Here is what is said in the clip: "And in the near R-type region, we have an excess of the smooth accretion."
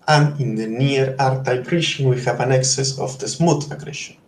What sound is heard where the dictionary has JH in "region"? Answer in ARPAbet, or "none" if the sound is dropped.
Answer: SH